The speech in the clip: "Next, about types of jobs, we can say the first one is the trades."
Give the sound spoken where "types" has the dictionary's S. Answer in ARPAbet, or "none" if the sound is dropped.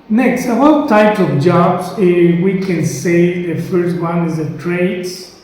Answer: none